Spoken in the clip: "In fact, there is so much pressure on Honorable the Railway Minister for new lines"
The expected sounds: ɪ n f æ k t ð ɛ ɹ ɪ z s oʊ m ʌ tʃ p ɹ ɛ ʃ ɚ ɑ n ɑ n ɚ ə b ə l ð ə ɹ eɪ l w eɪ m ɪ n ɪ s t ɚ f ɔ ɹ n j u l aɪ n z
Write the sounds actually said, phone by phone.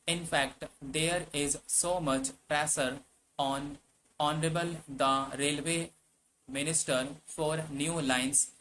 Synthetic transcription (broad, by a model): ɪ n f æ k t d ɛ ɹ ɪ z s oʊ m ʌ tʃ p ɹ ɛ s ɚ ɑ n ɑ n ɚ ə b ə l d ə ɹ eɪ l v eɪ m ɪ n ɪ s t ɚ f ɔ ɹ n j u l aɪ n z